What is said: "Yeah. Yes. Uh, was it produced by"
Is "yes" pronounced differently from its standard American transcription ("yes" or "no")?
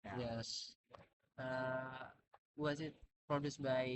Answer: no